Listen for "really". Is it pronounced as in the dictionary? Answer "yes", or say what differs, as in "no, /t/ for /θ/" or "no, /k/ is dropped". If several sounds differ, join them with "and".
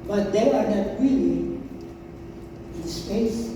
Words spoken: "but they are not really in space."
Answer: no, /w/ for /ɹ/